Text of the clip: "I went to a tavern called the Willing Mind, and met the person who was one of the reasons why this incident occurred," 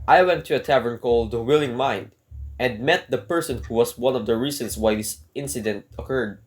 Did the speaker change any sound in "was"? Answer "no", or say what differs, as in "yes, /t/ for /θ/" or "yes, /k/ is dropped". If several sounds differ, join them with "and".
yes, /s/ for /z/